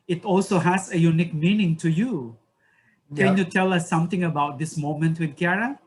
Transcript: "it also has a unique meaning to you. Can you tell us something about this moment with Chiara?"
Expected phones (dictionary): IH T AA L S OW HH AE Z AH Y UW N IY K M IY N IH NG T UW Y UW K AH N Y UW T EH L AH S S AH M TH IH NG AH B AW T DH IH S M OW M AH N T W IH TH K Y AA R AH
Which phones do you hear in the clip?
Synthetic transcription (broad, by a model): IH T AA L S OW HH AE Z AH Y UW N IY K M IY N IH NG T UW Y UW K AH N Y UW T EH L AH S S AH M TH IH NG AH B AW T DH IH S M OW M AH N T W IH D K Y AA R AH